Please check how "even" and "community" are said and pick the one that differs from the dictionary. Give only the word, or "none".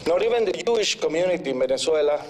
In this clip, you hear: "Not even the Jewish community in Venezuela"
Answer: even